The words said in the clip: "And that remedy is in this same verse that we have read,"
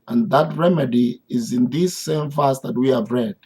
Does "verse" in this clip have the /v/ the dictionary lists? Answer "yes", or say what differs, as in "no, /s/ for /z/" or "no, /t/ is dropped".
no, /f/ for /v/